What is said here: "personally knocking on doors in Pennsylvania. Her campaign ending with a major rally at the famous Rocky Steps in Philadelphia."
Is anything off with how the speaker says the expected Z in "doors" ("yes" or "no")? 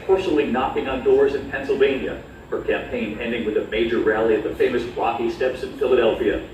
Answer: no